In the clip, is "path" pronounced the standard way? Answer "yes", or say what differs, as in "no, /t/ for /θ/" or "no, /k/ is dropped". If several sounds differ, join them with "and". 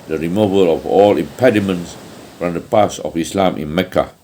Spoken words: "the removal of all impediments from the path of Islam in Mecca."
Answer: no, /s/ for /θ/